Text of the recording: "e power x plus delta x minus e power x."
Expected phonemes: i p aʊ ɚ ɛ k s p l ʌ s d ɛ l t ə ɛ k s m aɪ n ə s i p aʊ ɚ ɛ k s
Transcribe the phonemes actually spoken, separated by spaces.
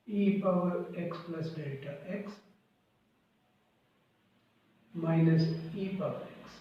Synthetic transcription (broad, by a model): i p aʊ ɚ ɛ k s p l ʌ s d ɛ t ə ɛ k s m aɪ n ə s i p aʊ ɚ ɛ k s